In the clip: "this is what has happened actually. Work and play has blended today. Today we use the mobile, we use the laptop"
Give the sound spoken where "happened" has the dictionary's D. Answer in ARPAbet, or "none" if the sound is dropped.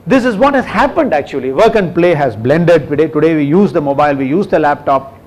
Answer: D